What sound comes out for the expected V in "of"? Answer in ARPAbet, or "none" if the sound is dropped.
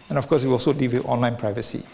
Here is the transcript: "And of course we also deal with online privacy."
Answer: F